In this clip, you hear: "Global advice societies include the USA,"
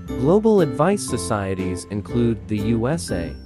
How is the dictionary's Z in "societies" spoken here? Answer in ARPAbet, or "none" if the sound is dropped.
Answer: Z